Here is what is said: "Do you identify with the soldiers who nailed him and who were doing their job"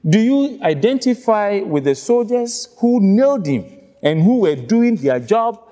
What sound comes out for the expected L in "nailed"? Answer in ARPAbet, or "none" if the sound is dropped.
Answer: L